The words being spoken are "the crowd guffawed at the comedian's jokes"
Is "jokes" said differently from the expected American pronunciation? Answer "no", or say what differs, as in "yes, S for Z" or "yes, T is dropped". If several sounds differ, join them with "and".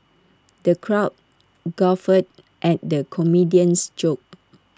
yes, S is dropped